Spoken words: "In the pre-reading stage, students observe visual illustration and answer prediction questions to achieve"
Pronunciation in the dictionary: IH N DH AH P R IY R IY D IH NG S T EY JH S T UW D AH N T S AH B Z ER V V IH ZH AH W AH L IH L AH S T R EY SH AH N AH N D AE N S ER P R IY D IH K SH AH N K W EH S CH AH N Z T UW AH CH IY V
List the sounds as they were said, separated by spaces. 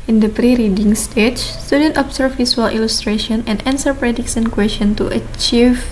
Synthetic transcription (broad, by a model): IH N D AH P R IY R IY D IH NG S T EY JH S T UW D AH N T AH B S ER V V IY S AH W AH L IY L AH S T R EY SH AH N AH N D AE N S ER P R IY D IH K S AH N K W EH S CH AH N T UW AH CH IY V